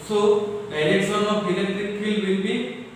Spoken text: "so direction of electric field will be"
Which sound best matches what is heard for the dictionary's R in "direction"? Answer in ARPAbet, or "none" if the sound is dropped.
L